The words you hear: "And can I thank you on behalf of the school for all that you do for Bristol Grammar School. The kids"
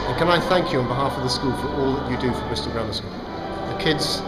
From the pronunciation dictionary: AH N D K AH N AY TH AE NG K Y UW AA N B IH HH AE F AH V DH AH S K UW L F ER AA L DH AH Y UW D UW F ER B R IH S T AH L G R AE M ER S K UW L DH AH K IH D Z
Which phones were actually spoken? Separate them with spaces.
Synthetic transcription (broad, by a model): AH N K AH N AY TH AE NG K Y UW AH N B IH HH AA F AH V DH AH S K UW L F ER AA L DH AH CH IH D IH F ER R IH S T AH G R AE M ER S AH N DH AH K IH D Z